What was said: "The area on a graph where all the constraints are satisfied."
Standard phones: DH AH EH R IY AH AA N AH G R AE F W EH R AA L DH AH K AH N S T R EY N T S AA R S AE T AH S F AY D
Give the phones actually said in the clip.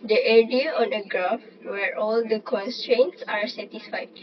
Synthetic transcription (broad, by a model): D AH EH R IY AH AA N AH G R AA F W EH R AA L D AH K AH N S T R EY N T S AA R S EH T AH S F AY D